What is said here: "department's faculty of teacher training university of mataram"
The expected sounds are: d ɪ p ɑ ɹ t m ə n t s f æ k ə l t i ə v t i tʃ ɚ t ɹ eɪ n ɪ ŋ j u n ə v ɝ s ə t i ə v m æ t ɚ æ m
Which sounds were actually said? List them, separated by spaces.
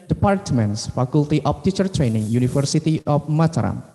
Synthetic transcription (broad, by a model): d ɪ p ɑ ɹ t m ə n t s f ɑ k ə l t i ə f t i tʃ ɚ t ɹ eɪ n ɪ ŋ j u n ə f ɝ s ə t i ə f m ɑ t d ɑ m